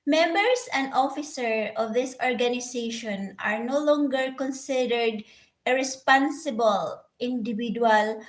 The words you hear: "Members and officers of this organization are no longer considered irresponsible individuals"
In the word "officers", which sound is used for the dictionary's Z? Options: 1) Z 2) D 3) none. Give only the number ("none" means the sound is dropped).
3